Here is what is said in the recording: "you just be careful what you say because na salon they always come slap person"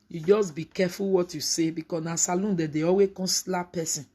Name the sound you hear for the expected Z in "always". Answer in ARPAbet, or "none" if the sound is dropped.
none